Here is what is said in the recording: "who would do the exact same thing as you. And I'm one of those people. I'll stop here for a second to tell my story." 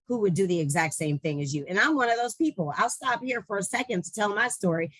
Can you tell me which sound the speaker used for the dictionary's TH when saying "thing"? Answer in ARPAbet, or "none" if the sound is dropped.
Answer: TH